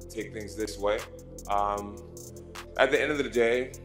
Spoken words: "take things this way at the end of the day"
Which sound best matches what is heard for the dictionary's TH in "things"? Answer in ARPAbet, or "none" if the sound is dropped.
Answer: TH